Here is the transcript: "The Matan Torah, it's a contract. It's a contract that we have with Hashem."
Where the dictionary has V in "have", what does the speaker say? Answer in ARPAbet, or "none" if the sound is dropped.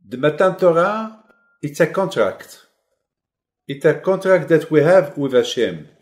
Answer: V